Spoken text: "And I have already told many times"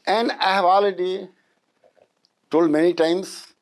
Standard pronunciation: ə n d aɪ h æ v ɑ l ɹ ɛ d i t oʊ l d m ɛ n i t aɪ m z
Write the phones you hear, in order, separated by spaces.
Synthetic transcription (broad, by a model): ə n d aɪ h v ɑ l ɪ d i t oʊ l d m ɛ n i t aɪ m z